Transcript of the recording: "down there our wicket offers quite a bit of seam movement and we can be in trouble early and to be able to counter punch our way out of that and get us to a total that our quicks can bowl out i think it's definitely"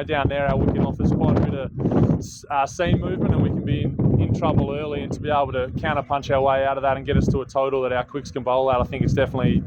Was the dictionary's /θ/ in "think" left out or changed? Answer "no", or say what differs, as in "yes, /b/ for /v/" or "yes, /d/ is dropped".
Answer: no